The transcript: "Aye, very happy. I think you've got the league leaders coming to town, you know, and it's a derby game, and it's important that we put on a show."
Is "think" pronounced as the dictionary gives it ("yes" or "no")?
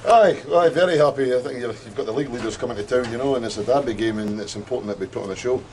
yes